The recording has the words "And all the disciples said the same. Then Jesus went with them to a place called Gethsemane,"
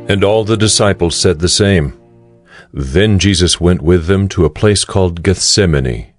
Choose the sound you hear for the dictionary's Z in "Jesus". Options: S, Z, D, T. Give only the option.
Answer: Z